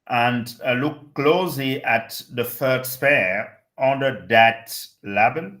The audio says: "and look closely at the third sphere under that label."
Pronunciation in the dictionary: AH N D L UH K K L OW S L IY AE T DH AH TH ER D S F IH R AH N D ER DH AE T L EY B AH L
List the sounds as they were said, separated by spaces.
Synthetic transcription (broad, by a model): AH N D L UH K K L OW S L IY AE T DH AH F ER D S P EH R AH N D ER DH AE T L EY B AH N